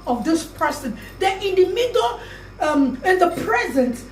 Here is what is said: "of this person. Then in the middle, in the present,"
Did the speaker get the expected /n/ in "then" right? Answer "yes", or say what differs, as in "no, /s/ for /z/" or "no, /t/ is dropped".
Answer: no, /n/ is dropped